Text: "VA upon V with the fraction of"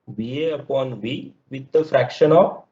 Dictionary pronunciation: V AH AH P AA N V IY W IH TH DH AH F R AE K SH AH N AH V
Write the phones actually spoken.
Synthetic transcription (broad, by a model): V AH AH P AA N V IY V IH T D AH F R AE K SH AH N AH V